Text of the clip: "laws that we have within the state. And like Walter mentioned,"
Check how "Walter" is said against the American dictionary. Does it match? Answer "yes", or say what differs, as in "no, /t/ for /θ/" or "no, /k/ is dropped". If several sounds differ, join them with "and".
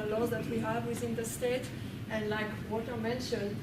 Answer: no, /l/ is dropped